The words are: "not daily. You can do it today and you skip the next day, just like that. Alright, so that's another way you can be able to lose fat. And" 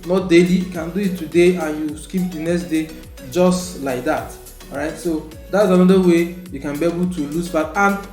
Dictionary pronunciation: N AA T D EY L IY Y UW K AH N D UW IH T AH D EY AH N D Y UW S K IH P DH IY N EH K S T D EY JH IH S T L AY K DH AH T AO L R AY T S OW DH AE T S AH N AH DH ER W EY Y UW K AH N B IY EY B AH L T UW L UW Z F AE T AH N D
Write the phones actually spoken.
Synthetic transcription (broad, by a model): N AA T D EY L IY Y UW K AH N D UW IH T AH D EY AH N Y UW S K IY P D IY N EH K S T D EY JH IH S T L AY K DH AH T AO R AY T S OW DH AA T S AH N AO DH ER W EY Y UW K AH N B IY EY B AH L T UW L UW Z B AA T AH N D